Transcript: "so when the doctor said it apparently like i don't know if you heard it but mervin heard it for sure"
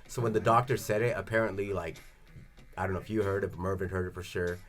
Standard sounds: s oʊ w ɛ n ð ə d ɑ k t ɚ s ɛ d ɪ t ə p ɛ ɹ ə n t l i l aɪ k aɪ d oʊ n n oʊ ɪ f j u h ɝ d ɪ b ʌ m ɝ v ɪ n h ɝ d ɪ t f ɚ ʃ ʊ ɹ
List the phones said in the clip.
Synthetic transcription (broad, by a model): s oʊ w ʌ n ð ə d ɑ k t ɚ s ɛ d ɪ t ə p ɛ ɹ ə n t l i l aɪ k aɪ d oʊ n n oʊ ɪ f j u h ɝ d ɪ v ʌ m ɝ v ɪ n h ɝ d ɪ t f ɚ ʃ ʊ ɹ